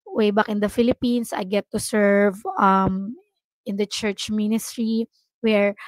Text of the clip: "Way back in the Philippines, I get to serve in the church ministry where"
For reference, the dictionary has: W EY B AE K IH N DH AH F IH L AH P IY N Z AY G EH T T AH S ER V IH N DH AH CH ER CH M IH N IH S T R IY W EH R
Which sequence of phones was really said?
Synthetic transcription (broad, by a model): W EY B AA K IH N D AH F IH L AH P IY N S AY G EH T T AH S ER V IH N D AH CH ER CH M IH N IH S T R IY W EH R